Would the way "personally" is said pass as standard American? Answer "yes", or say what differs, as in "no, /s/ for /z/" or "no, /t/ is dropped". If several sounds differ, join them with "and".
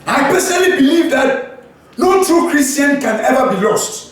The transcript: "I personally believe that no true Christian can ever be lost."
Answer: no, /n/ is dropped